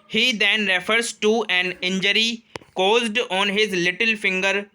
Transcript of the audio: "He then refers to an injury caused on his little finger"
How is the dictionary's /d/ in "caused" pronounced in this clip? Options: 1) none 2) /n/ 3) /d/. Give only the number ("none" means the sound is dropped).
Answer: 3